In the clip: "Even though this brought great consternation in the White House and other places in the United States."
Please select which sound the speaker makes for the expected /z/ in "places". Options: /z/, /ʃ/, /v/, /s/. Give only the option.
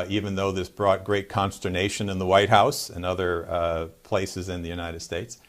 /z/